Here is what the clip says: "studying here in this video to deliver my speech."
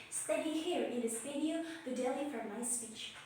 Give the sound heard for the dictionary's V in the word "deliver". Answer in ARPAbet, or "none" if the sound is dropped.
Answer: F